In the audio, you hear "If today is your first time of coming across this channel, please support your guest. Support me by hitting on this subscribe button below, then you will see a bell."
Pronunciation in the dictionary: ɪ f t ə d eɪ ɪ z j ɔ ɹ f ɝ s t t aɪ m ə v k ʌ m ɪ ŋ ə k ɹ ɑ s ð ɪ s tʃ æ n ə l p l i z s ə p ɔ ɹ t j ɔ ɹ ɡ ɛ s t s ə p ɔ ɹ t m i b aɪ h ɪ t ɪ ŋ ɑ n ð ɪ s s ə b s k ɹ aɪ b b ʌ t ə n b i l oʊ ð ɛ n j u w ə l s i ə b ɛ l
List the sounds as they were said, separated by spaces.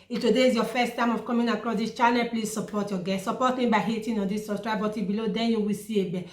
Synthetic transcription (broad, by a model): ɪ t ə d eɪ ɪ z j ɔ f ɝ s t t aɪ m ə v k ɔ m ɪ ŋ ə k ɹ ɑ s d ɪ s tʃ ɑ l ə p l i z s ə p ɔ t j ɔ ɡ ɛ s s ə p ɔ t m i b aɪ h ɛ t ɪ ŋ ɑ n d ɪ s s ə s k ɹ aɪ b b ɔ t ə b i l oʊ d ɛ n j u w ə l s i ə b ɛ